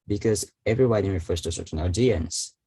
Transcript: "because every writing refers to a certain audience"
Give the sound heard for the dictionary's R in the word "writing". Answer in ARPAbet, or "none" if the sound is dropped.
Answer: W